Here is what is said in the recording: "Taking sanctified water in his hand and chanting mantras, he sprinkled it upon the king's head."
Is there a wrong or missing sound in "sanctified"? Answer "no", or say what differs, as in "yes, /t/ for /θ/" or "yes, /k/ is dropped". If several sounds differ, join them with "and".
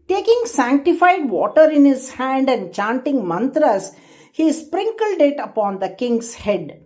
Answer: no